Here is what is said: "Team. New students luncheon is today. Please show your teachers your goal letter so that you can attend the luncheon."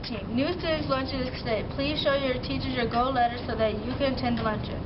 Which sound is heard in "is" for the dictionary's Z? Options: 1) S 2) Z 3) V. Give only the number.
1